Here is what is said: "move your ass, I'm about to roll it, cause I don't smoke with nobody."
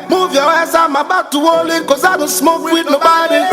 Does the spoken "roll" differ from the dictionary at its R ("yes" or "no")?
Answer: yes